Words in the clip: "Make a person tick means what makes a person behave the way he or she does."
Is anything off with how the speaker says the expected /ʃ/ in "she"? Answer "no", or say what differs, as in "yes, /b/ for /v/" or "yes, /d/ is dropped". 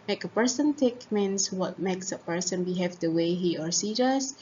yes, /s/ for /ʃ/